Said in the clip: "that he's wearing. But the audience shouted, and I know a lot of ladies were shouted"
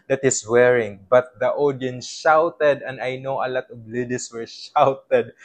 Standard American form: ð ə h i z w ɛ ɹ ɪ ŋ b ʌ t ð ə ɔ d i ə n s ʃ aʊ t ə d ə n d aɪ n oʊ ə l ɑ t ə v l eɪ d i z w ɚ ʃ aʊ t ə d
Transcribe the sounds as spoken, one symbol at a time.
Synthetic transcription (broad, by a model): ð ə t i s w ɛ ɹ ɪ ŋ b ʌ t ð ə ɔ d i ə n s ʃ aʊ t ə d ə n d aɪ n oʊ ə l ɑ t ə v l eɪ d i s w ɚ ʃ aʊ t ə d